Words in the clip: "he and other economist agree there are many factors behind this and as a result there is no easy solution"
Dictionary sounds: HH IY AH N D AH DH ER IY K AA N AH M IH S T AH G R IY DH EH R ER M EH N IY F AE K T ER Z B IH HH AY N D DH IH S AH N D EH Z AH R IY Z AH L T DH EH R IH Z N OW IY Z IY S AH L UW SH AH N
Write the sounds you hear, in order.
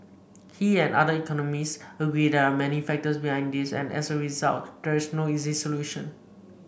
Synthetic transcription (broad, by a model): HH IY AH N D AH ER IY K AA N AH M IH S AH G R IY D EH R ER M EH N IY F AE K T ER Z B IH HH AY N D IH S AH N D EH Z AH R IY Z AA L T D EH R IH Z N OW IY Z IY S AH L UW SH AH N